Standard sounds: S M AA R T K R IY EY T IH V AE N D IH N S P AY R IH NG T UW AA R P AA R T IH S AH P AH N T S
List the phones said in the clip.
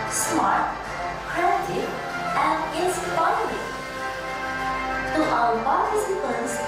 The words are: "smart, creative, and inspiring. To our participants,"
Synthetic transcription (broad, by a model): S M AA R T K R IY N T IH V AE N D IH S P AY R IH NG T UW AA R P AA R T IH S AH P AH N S